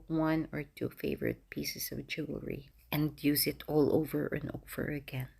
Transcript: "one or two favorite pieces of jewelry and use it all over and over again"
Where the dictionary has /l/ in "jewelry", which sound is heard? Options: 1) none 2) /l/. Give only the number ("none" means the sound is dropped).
1